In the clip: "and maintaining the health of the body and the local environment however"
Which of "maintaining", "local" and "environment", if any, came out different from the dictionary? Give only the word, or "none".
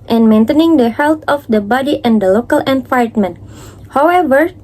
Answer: environment